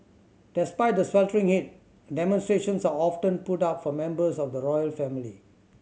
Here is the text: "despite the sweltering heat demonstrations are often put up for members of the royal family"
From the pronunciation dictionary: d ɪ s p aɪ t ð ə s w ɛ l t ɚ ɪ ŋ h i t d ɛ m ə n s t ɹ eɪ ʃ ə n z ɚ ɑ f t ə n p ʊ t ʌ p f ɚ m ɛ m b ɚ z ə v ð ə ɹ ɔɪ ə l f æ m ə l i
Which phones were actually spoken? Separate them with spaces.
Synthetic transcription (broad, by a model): d ɪ s p aɪ t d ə s w ɛ l t ɚ ɪ ŋ h i t d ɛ m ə n s t ɹ eɪ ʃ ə n s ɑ ɑ f t ə n p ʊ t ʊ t f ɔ m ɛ m b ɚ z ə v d ə ɹ ɔɪ ə l f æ m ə l i